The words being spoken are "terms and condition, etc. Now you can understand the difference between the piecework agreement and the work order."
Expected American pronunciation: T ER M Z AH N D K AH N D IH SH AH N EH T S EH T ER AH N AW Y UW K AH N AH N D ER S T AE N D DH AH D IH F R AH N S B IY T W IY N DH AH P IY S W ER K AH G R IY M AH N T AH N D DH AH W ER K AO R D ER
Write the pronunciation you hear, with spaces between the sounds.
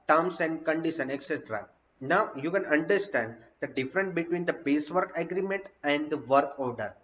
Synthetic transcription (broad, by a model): T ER M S AH N D K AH N D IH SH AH N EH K S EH T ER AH N AW Y UW K AH N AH N D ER S T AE N D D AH D IH F R AH N S B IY T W IY N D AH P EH S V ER K AH G R IY M AH N T AH N D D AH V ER K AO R D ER